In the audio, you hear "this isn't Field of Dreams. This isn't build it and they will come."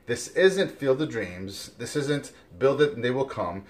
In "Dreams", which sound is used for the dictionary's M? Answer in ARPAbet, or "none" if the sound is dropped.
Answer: M